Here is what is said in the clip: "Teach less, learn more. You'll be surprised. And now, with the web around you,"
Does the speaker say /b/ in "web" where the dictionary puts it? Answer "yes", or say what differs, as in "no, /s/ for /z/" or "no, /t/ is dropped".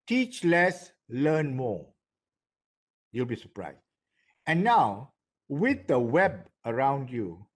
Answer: yes